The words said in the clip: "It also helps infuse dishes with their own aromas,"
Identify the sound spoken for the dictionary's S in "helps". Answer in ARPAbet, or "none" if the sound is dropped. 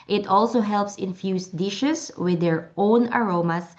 S